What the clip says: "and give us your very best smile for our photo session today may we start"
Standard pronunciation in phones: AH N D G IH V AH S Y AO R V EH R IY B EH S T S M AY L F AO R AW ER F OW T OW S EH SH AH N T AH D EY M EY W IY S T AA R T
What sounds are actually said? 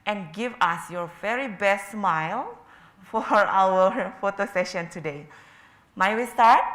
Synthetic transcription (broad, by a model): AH N G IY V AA S Y AO R V EH R IY B EH S T S M AY L F AO R AW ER F OW T OW S EH SH AH N T AH D EY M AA W IY S T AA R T